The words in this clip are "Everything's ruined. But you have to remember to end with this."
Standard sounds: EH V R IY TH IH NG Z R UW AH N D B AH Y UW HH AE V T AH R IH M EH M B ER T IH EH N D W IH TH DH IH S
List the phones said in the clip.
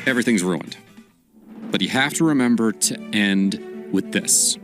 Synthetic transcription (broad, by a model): EH V R IY TH IH NG Z R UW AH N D B AH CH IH HH AE F T AH R IH M EH M B ER T IH EH N D W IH DH IH S